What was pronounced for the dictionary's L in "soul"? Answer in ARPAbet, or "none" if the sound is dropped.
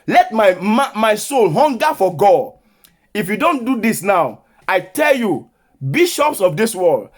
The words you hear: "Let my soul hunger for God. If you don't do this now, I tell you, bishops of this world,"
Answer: L